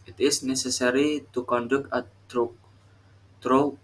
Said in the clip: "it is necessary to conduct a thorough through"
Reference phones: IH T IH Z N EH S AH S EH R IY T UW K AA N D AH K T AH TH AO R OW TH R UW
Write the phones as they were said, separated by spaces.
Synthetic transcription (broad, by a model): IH T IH S N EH S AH S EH R IY T UW K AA N D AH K AH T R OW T R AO